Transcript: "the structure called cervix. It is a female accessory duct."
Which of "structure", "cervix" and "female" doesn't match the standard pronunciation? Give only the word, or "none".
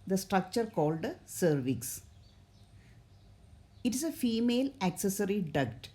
none